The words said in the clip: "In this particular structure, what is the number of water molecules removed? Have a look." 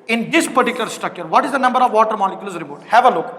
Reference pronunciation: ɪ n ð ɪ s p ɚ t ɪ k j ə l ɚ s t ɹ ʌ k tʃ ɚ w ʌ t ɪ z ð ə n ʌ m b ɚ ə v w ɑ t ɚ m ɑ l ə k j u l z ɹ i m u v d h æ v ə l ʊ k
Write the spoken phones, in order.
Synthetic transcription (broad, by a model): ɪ n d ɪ s p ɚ t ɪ k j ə l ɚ s t ʌ k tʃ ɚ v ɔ t ɪ z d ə n ʌ m b ɚ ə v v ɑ t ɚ m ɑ l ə k j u l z ɹ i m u d h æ v ə l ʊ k